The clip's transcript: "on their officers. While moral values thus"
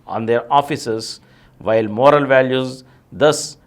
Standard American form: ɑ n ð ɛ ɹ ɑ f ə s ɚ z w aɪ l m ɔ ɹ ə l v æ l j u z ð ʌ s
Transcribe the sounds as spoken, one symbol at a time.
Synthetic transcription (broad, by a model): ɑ n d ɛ ɹ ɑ f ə s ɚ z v aɪ l m ɔ ɹ ə l v æ l j u z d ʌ s